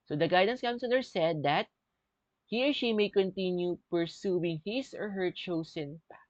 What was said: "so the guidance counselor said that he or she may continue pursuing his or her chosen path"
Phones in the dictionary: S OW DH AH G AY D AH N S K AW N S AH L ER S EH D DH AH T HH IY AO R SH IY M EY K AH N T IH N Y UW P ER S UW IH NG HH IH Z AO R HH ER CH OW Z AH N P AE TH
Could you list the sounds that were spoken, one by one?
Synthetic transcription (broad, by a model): S OW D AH G AY D AH N S K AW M S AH L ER S EH D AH T HH IY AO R SH IY M EY K AH N T IH N Y UW P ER S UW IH NG HH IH S AO R HH ER CH OW S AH N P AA